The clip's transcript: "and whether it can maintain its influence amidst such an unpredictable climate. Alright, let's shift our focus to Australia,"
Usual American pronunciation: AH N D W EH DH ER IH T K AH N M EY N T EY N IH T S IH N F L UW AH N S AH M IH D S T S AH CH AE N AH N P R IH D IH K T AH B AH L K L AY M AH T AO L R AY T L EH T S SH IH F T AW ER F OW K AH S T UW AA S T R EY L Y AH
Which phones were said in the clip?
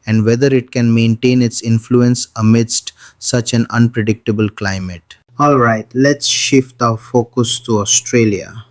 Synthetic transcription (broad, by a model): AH N D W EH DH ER IH T K AH N M EY N T EY N IH T S IH N F L UW AH N S AH M IH D S T S AH CH AE N AH N P R IH D IH K T AH B AH L K L AY M AH T AO L R AY T L EH T S SH IH F T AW F OW K AH S T UW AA S T R EY L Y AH